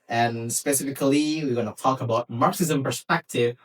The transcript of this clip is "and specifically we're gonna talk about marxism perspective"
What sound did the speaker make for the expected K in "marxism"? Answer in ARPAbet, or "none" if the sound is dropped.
K